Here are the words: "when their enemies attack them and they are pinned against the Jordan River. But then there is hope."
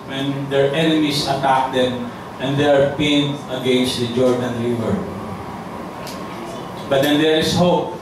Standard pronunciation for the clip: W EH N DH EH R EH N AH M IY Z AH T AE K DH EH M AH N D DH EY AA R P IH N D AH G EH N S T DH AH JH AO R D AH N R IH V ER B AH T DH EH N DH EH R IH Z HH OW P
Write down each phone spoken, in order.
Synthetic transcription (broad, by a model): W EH N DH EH R EH N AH M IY S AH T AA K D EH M AH N D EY AA R P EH N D AH G EH N S T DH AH JH AO R D AH N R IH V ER B AH T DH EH N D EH R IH S HH OW P